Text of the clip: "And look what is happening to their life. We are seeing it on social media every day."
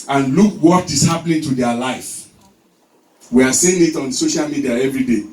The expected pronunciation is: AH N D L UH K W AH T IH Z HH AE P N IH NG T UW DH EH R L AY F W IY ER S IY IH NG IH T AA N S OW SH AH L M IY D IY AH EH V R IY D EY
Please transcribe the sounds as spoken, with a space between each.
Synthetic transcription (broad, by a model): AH N L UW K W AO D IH S HH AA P L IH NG T UW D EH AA L AY F W IY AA S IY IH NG IH T AA N S OW SH AH L M IY D IY AH EH V R IY D EY